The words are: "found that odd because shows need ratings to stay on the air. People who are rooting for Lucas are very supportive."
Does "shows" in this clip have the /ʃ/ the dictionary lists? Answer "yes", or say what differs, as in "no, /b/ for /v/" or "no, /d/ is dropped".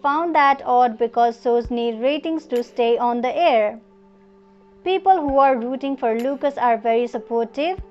no, /s/ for /ʃ/